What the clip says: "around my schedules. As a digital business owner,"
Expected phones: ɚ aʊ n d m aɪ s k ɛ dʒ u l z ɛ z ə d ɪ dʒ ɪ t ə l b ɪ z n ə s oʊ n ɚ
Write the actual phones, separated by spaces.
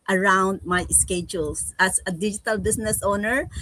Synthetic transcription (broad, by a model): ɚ aʊ n d m aɪ s k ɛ dʒ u l s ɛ s ə d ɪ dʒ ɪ t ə l b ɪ s n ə s oʊ n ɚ